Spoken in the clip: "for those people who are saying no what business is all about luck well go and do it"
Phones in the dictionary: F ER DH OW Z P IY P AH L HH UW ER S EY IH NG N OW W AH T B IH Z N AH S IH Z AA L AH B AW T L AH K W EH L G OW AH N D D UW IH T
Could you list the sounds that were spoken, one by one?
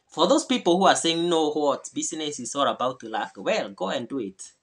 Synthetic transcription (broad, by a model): F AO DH OW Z P IY P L HH UW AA S EY IH NG N OW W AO T B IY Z N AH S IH S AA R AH B AW T L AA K W EH L G OW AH N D D UW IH T